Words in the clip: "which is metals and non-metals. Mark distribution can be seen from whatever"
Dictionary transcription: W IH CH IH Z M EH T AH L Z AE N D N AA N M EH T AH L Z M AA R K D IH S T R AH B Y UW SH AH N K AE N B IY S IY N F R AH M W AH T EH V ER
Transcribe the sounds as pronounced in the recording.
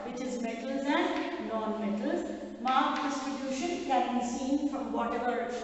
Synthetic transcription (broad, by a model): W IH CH IH Z M EH T AH L Z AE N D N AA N M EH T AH L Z M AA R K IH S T AH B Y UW SH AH N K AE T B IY S IY N F R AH M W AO T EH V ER